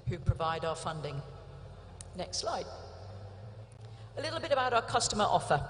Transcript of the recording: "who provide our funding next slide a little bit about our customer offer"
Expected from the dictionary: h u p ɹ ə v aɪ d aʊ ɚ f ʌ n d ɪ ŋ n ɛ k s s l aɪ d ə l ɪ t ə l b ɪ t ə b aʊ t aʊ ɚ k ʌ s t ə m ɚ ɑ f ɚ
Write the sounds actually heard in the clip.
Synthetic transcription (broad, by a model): h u p ɹ ə v aɪ d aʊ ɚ f ʌ n d ɪ ŋ n ɛ k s s l aɪ d ə l ɪ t l b ɪ t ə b aʊ t aʊ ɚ k ʌ s t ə m ɚ ɑ f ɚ